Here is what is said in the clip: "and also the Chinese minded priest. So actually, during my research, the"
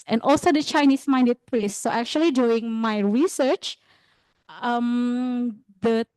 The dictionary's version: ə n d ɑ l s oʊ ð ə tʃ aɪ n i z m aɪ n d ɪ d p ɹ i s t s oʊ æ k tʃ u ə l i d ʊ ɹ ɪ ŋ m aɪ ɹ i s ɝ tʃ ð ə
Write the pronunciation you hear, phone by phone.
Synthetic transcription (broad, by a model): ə n ɑ l s oʊ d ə tʃ aɪ n i s m aɪ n d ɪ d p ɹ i s t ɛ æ k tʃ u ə l i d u ɪ ŋ m aɪ ɹ i s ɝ tʃ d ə